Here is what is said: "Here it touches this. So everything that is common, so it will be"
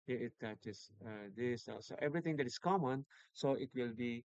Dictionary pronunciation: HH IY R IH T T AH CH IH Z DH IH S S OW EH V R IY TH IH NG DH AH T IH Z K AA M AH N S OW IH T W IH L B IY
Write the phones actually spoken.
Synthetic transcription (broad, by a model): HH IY IH T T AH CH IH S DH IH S S OW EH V R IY T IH NG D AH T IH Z K AA M AH N S OW IH T W IH L B IY